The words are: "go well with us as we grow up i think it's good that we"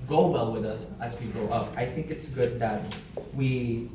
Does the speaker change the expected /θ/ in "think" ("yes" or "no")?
no